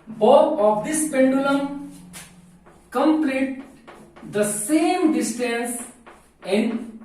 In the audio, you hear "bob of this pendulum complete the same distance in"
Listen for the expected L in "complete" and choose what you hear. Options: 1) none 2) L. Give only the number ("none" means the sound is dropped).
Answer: 2